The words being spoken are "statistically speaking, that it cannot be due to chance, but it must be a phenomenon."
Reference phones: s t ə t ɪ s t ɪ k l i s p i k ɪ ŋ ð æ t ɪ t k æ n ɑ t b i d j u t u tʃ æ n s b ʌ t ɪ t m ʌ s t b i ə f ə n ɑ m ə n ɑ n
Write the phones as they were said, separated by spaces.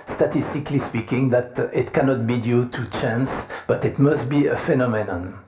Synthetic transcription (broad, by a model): s t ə t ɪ s t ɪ k l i s p i k ɪ ŋ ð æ t ɪ t k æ n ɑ t b i d j u t u tʃ æ n s b ʌ t ɪ t m ʌ s t b i ə f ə n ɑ m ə n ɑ n